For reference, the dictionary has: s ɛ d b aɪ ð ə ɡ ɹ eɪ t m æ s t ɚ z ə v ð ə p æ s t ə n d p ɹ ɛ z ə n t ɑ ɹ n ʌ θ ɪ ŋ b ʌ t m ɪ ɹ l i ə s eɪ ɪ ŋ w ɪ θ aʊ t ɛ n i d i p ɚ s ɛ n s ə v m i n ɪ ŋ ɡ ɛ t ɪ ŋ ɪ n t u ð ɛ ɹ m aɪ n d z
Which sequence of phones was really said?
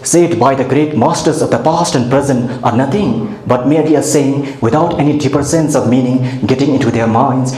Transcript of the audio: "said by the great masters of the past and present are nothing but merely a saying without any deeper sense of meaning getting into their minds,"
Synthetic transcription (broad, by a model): s ɛ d b aɪ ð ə ɡ ɹ eɪ t m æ s t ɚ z ə v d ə p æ s t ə n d p ɹ ɛ z ə n t ɑ ɹ n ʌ t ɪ ŋ b ʌ t m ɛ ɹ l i ə s eɪ ɪ ŋ w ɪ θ aʊ t ɛ n i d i p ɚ s ɛ n s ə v m i n ɪ ŋ ɡ ɛ t ɪ ŋ ɪ n t u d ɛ ɹ m aɪ n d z